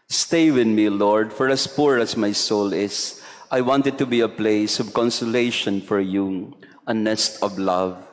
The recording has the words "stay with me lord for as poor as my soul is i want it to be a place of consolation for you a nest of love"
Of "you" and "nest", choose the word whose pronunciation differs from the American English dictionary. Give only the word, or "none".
none